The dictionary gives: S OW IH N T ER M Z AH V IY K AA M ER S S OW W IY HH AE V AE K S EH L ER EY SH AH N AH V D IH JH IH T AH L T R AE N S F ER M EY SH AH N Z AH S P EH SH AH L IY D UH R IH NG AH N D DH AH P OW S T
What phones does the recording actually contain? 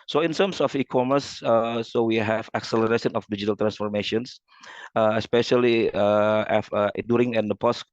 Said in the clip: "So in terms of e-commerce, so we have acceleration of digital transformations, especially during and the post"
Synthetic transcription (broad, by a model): S OW IH N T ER M S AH F IY K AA M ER S S OW W IY HH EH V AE K S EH L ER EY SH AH N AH F D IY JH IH T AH L T R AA N S F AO M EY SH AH N S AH S P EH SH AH L IY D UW R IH NG AH N D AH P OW S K